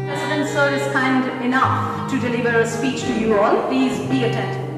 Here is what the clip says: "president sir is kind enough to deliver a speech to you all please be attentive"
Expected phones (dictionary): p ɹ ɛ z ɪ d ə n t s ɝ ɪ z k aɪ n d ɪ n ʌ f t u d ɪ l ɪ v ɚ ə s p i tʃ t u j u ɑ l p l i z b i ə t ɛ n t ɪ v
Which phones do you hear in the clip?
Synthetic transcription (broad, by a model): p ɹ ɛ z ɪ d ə n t s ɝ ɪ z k aɪ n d ɪ n ʌ f t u d ɪ l ɪ v ɚ ə s p i tʃ t u j u ɑ l p l i z b i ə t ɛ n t